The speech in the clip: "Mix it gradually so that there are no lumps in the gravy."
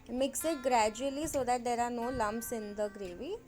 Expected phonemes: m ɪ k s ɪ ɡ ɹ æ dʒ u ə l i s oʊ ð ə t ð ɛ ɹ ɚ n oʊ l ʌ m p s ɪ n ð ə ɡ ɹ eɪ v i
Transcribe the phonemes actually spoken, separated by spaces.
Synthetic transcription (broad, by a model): m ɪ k s ɪ ɡ ɹ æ dʒ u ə l i s oʊ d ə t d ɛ ɹ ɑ n oʊ l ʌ m b s ɪ n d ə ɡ ɹ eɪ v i